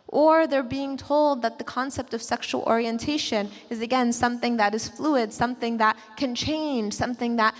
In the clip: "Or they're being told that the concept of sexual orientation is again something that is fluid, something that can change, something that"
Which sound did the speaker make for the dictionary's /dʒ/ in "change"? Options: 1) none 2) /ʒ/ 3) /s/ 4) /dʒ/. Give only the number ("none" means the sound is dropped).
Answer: 2